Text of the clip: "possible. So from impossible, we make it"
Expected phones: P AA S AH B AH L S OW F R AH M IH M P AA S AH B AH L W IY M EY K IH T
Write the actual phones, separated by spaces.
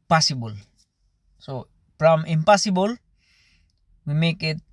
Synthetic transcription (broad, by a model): P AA S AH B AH L S OW P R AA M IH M P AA S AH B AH L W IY M EY K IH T